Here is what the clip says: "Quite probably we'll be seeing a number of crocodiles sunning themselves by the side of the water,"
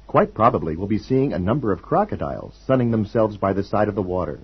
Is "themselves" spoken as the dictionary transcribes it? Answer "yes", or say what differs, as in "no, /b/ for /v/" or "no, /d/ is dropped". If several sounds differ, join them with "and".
yes